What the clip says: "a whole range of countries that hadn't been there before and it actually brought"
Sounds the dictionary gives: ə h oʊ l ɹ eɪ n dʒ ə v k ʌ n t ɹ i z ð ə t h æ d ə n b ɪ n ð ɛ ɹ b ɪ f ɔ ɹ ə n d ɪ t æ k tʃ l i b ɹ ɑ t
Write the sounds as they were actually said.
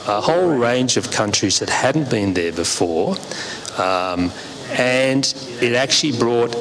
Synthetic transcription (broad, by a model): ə h oʊ l ɹ eɪ n dʒ ə v k ʌ n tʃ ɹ i z ð ə t h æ d n b ɪ n ð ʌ ɹ b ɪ f ɔ ɹ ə n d ɪ t æ k tʃ l i b ɹ ɑ t